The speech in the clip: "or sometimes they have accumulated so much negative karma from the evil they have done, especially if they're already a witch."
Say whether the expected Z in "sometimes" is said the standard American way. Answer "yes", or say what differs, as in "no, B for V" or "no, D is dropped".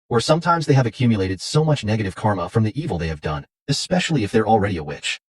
yes